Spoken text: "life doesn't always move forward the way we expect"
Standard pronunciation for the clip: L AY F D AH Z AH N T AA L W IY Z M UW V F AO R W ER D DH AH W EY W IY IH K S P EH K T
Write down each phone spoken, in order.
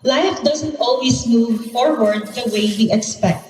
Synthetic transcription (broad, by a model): L AY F D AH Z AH N T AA L W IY S M UW V F AO R W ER D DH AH W EY W IY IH K S P EH K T